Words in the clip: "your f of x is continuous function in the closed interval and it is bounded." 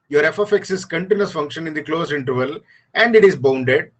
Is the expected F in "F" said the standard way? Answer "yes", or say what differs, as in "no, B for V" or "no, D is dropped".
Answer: yes